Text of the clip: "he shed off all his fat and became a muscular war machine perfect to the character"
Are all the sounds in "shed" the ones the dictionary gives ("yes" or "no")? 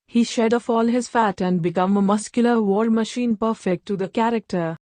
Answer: yes